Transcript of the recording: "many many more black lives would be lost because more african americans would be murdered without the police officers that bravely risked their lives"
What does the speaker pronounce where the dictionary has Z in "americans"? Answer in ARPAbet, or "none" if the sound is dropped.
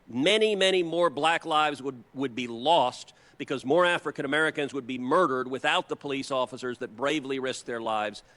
Z